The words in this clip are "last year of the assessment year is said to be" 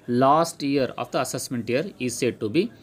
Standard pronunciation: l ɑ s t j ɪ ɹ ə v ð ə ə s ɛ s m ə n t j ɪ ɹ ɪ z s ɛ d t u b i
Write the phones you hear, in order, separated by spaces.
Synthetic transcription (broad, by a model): l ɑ s t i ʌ ɹ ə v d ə ə s ɛ s m ə n t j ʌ ɹ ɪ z s ɛ d t u b i